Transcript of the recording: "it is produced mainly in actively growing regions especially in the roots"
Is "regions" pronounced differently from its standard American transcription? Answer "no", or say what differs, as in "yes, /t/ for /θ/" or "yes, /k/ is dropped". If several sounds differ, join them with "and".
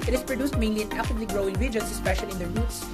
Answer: yes, /s/ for /z/